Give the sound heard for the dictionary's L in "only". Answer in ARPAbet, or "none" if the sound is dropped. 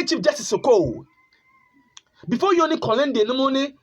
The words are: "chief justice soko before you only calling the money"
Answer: none